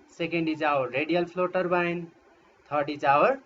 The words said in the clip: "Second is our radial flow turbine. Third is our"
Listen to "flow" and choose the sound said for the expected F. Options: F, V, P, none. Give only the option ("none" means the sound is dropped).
P